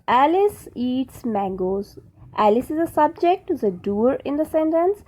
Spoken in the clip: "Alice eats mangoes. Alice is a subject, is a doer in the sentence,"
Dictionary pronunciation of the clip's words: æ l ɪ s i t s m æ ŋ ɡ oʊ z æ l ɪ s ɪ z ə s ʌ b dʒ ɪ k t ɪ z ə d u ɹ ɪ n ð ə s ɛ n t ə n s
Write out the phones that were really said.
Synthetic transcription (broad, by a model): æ l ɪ s i t s m æ ŋ ɡ oʊ z æ l ɪ s ɪ z ə s ʌ b dʒ ɪ k t ɪ z ə d u ɹ ɪ n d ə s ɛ n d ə n s